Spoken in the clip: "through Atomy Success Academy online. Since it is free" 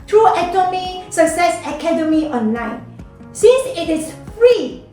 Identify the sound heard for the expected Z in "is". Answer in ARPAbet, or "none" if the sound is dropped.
S